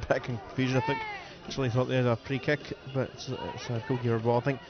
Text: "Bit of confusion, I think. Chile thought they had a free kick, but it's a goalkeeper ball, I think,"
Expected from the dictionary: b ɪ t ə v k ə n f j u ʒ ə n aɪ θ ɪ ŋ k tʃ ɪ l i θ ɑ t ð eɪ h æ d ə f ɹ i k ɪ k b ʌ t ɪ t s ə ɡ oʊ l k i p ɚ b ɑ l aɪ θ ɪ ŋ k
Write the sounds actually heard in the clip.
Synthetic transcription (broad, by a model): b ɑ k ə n k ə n f j u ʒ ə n aɪ θ ɪ ŋ k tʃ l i θ ɑ t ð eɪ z ə p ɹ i k ɪ k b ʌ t ɪ t s ə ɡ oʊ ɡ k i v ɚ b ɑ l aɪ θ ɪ ŋ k